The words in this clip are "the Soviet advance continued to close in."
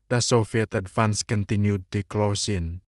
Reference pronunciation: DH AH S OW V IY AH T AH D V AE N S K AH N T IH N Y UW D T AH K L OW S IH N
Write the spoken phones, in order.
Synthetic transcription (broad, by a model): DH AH S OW F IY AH T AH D F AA N S K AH N T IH N Y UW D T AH K L OW S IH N